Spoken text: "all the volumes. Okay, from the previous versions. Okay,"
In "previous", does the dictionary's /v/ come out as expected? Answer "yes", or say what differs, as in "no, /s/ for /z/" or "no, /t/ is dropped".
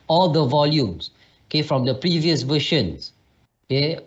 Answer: yes